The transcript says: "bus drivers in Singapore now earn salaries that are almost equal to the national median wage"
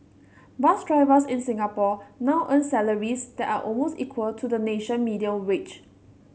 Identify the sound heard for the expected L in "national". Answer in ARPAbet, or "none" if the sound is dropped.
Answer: N